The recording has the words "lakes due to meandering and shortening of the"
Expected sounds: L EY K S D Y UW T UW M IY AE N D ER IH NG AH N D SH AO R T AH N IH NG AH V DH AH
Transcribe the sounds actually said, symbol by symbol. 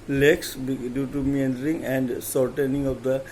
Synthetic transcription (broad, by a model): L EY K S D Y UW T UW M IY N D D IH NG AH N D S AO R T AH N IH NG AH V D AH